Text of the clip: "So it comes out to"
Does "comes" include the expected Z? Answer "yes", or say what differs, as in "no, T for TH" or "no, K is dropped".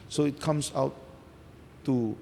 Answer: no, S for Z